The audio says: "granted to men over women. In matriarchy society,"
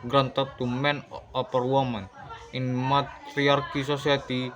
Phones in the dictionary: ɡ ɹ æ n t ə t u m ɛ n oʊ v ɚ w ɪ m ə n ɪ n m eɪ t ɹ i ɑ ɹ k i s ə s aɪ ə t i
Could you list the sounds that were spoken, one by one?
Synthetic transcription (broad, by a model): ɡ ɹ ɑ n t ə t u m ɛ n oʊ p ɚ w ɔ m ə n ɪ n m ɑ t ɹ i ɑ ɹ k i s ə s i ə t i